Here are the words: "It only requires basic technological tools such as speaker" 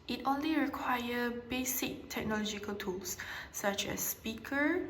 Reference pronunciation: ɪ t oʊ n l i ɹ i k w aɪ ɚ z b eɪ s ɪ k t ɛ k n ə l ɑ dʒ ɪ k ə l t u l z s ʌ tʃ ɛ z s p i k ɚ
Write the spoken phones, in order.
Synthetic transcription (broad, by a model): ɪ t oʊ n l i ɹ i k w aɪ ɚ b eɪ s ɪ k t ɛ k n ə l ɑ dʒ ɪ k ə l t u l s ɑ tʃ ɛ s p i k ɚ